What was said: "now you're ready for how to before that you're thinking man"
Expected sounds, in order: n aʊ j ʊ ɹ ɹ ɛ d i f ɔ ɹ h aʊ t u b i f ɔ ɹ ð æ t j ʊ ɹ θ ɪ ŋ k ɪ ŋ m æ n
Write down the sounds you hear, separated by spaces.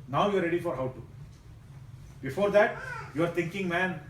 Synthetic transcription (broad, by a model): n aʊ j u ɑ ɹ ɛ d i f ɔ ɹ h aʊ t u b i f ɔ ɹ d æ t j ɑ ɹ t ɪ ŋ k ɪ ŋ m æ n